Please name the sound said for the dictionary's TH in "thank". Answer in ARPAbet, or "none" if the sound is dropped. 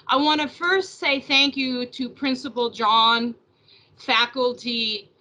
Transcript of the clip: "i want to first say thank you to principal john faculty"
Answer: TH